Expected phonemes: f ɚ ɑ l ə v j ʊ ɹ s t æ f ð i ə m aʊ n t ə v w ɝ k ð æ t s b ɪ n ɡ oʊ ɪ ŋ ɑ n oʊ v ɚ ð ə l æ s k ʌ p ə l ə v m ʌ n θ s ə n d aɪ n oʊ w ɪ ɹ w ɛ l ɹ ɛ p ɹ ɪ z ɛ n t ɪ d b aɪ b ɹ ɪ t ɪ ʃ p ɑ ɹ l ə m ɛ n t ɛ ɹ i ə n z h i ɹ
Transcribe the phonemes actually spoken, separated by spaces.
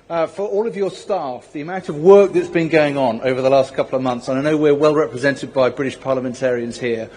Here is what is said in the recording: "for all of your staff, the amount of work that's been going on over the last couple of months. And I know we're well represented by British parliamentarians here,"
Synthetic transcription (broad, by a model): f ɚ ɑ l ə v j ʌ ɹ s t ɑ f ð i ə m aʊ n t ə v w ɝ k ð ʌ t s b ɪ n ɡ oʊ ɪ ŋ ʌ n oʊ v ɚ ð ə l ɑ s k ʌ p l ə v m ʌ n θ s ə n aɪ n oʊ w ɪ ɹ w ɛ l ɹ ɛ p ɹ ɪ z ɛ n t ɪ d b aɪ b ɹ ɪ t ɪ ʃ p ɑ l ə m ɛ n t ɛ ɹ i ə n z h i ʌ